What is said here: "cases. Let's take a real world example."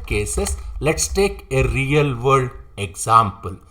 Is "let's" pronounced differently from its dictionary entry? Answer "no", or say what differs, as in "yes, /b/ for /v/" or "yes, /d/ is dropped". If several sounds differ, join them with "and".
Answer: no